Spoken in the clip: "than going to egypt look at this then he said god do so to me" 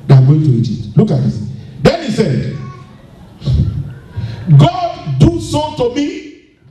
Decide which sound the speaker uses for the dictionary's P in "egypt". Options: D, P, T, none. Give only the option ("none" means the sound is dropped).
none